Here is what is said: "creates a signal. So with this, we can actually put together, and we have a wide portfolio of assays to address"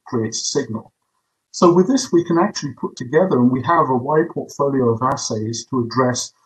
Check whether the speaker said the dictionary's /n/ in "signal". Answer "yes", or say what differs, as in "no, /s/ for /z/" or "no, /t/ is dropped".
yes